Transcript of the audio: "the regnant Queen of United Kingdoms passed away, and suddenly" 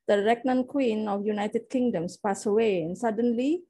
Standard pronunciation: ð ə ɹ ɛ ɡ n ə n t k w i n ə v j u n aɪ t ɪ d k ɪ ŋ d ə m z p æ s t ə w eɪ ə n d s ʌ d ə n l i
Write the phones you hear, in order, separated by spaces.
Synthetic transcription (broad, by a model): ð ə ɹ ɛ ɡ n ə n k w i n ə f j u n aɪ t ɪ d k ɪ ŋ d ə m s p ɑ s ə w eɪ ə n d s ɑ d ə n l i